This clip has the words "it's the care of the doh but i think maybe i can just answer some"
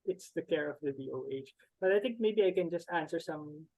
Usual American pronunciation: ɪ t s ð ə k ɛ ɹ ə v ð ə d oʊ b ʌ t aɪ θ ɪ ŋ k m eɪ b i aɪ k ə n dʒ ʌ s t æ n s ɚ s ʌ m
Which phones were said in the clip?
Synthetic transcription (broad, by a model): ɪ t s ð ə k ɛ ɹ ə v ð ə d oʊ b ʌ t aɪ θ ɪ ŋ k m eɪ b i aɪ k ə n dʒ ʌ s t æ n s ɚ s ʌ m